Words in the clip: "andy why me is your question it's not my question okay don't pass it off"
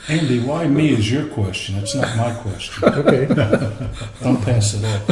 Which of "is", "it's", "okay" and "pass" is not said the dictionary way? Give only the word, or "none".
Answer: none